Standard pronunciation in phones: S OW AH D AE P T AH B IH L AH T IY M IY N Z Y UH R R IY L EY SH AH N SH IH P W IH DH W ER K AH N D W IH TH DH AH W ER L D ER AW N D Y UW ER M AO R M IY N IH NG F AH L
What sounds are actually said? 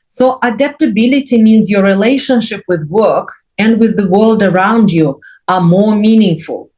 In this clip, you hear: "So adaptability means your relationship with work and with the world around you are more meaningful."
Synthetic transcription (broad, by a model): S OW AH D AE P T AH B IH L AH T IY M IY N Z Y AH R R IY L EY SH AH N SH IH P W IH DH W ER K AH N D W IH DH AH W ER L D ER AW N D Y UW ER M AO R M IY N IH NG F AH L